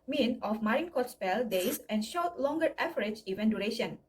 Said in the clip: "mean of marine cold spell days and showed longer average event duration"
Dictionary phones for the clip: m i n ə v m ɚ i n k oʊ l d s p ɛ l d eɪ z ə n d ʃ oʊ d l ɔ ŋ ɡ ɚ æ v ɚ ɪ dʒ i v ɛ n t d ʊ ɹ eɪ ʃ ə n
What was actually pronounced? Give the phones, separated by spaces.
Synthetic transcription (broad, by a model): m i n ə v m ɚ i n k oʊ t s p ɛ l d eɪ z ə n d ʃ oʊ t l ɔ ŋ ɡ ɚ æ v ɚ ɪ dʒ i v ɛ n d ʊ ɹ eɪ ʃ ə n